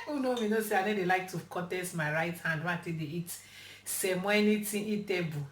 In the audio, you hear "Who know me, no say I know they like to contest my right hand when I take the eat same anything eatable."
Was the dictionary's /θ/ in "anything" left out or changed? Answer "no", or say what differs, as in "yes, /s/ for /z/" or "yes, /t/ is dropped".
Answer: yes, /t/ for /θ/